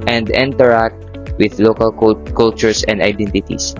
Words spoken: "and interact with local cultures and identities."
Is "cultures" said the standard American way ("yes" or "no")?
no